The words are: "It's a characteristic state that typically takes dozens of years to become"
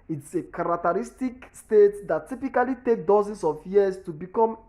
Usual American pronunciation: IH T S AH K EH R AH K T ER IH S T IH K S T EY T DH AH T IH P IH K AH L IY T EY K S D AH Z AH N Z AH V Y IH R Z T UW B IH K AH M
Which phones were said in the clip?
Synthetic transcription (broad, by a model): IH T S AH K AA R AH K T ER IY S T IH K S T EY T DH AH T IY P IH K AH L IY T EY K D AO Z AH N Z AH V Y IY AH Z T UW B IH K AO M